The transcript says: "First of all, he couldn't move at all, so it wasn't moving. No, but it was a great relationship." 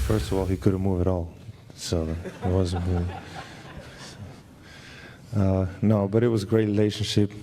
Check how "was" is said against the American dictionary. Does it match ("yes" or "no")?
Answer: yes